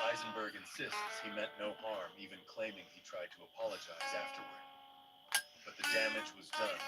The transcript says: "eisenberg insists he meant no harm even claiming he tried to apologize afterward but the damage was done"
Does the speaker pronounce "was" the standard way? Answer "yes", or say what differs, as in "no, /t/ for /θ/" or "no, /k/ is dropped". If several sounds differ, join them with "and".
yes